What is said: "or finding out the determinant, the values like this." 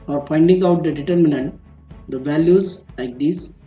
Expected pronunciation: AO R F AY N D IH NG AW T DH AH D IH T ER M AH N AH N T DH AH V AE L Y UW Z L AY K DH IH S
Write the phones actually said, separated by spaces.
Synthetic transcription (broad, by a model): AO R P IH N D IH NG AW T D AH D IH T ER M AH N AH N T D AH V AE L Y UW Z L AY K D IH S